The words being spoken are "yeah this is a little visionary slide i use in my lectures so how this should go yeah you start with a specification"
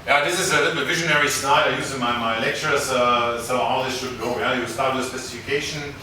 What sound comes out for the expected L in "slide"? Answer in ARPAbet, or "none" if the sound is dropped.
N